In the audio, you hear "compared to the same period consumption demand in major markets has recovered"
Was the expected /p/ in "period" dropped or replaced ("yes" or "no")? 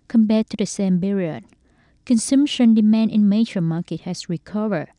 yes